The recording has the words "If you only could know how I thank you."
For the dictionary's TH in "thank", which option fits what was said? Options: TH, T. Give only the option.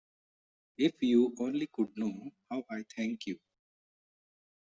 T